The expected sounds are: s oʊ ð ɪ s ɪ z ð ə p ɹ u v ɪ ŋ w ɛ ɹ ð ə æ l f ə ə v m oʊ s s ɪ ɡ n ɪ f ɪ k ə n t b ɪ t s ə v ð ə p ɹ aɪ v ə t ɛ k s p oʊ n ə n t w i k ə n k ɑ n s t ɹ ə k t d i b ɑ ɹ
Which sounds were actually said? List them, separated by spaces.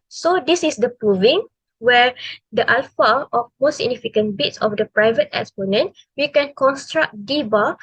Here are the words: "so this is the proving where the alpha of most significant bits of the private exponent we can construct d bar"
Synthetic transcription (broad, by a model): s oʊ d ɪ s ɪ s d ə p ɹ u v ɪ ŋ w ɛ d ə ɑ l f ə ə f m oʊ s s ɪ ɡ n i f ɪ k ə n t b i t s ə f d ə p ɹ aɪ v ə t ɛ k s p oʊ n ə n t w i k ə n k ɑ n s t ɹ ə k d i b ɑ